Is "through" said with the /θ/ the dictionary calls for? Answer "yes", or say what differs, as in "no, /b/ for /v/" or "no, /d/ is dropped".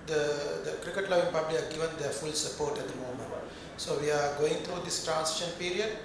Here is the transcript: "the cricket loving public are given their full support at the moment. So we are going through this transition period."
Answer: no, /t/ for /θ/